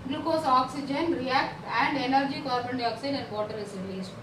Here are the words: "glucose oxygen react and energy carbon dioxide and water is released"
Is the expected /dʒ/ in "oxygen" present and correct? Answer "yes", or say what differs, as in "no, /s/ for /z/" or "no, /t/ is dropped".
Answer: yes